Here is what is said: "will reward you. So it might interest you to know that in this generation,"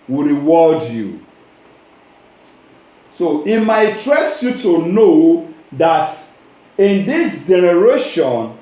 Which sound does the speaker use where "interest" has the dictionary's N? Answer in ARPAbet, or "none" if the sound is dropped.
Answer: none